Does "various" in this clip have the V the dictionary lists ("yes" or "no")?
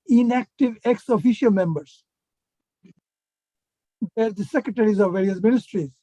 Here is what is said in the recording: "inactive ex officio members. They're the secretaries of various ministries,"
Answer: yes